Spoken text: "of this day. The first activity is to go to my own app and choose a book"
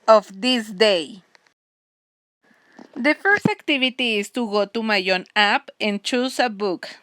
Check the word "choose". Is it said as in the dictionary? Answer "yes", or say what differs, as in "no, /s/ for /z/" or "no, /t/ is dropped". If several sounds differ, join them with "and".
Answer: no, /s/ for /z/